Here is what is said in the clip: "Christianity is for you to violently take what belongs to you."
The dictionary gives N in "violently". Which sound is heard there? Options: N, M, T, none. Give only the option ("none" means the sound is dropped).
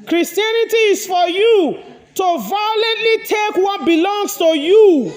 N